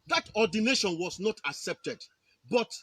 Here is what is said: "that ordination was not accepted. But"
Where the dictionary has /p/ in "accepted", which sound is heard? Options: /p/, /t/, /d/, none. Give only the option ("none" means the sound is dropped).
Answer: /p/